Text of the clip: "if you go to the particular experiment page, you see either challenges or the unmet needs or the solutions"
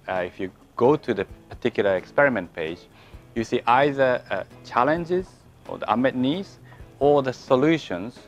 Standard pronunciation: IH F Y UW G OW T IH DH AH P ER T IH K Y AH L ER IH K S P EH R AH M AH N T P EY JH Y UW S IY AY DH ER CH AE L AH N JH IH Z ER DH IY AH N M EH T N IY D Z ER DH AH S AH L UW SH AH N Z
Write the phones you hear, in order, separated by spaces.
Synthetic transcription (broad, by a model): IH F Y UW G OW T IH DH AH P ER T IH K Y L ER IH K S P EH R AH M AH N T P EY JH Y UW S IY AY DH ER CH AE L AH N JH IH Z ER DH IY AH M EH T N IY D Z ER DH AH S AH L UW SH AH N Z